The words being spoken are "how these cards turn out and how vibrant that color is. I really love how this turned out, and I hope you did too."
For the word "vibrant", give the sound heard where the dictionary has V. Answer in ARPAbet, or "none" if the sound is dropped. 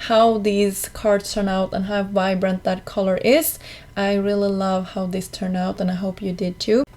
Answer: V